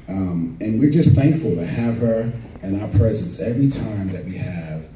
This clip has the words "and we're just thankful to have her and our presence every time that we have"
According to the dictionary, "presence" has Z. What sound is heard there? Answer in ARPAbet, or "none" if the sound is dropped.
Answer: Z